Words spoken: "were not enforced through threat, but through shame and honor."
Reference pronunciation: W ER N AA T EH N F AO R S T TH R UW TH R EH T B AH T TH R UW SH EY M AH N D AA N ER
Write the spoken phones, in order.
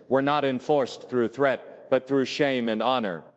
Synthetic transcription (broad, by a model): W ER N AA T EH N F AO R S TH R UW TH R EH T B AH T TH R UW SH EY M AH N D AA N ER